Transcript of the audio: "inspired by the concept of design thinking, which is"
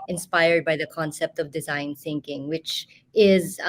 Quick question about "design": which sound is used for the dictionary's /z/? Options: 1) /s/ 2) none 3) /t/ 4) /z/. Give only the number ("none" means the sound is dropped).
4